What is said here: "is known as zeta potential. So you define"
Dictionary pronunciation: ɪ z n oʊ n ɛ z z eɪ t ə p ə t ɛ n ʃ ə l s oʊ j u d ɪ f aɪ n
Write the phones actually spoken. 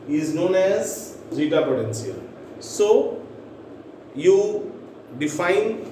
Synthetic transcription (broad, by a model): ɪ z n oʊ n ɛ z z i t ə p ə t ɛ n s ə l s oʊ j u d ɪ f aɪ n